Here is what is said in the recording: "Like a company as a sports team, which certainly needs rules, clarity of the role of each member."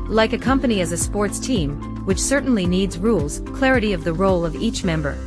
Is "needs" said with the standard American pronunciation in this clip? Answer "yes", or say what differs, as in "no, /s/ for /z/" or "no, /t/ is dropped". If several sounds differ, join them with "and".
yes